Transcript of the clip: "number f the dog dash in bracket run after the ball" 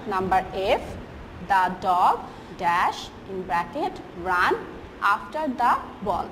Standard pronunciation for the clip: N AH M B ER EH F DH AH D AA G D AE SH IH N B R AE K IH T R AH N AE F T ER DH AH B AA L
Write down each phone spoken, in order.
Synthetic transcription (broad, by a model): N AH M B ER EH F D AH D AA G D AE SH IH N B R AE K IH T R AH N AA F T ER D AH B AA L